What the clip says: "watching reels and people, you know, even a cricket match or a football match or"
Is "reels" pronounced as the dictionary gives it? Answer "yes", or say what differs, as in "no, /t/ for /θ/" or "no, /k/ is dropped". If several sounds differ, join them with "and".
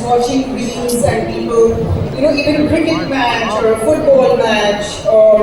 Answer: no, /n/ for /l/